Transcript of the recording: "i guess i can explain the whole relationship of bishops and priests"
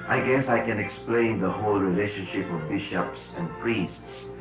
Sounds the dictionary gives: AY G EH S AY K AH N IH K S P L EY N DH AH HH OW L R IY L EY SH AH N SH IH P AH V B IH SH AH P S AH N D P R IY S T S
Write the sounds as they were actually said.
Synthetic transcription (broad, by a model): AY G EH S AY K AH N IH K S P L EY N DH AH HH OW L R IY L EY SH AH N SH IH P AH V B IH SH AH P S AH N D P R IY S T S